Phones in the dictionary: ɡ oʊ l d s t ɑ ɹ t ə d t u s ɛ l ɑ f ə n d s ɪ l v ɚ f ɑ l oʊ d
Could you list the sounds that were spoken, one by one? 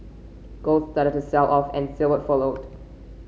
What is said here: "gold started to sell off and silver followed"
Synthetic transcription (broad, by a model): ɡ oʊ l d s t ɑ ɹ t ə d t u s ɛ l ɑ f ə n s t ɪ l w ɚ f ɑ l oʊ d